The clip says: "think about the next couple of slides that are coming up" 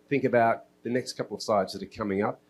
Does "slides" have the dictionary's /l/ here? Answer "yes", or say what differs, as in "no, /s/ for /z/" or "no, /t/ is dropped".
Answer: no, /l/ is dropped